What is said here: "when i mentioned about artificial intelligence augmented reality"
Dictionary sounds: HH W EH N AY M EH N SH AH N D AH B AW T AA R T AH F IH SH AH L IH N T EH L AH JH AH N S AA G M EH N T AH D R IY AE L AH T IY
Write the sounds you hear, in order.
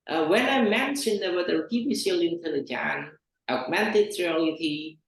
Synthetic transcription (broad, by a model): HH W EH N AY M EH N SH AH N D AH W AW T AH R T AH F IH S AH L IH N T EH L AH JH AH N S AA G M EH N T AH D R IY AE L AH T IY